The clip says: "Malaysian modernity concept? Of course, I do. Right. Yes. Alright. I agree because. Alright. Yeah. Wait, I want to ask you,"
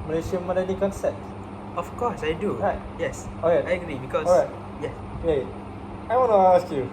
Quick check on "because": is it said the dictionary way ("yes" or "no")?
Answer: no